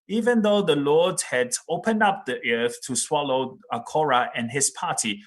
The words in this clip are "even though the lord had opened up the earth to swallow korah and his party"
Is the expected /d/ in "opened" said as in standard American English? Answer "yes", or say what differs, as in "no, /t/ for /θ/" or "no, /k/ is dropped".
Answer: yes